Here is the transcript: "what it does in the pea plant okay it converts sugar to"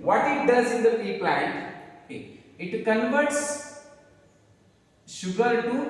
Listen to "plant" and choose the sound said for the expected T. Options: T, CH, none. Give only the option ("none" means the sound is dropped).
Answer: T